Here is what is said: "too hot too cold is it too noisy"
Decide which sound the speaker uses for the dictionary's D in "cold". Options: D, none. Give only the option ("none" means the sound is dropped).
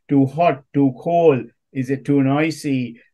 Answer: none